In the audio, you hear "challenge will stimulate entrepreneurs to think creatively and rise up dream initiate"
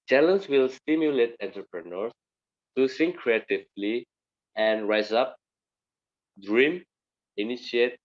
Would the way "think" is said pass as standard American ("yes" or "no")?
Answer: no